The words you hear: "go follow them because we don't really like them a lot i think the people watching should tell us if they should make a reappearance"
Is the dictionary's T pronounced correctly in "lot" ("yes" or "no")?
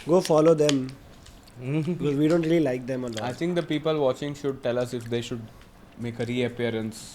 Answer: no